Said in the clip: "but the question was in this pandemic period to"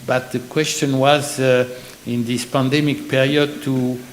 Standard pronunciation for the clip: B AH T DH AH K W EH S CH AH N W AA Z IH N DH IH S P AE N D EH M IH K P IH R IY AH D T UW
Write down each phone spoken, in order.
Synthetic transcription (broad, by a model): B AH T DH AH K W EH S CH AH N W AA Z IH N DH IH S P AE N D EH M IH K P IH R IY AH D T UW